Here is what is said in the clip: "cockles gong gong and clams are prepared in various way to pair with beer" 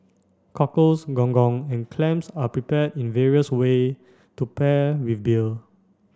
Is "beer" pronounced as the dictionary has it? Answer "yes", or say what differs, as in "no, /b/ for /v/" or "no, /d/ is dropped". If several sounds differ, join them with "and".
no, /l/ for /ɹ/